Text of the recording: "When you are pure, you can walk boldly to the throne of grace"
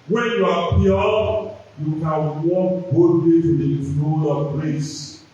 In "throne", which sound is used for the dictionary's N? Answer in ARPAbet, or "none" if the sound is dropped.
L